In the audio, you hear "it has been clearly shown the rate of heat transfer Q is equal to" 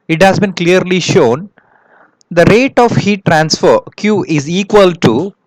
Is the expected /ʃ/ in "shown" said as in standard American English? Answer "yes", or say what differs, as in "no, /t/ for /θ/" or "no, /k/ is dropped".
yes